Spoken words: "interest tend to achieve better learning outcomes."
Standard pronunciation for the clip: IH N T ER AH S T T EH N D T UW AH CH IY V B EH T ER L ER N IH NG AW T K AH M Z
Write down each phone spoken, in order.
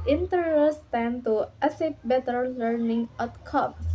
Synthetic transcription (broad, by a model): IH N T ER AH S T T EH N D T UW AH S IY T B EH T ER L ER N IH NG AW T K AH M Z